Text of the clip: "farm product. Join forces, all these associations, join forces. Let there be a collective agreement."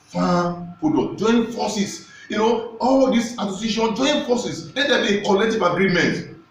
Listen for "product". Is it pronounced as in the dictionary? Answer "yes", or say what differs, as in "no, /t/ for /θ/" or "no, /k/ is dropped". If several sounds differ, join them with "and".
no, /ɹ/ is dropped